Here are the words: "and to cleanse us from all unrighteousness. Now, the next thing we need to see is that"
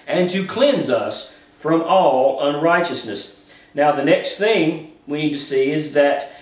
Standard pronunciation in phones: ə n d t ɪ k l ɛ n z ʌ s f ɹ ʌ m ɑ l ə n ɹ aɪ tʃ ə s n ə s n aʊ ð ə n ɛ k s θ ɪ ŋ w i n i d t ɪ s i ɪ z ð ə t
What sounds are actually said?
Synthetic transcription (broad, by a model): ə n t ɪ k l ɛ n z ʌ s f ɹ ʌ m ɑ l ə n ɹ aɪ tʃ ə s n ə s n aʊ ð ə n ɛ k s θ ɪ ŋ w i n i d t ɪ s i ɪ z ð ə t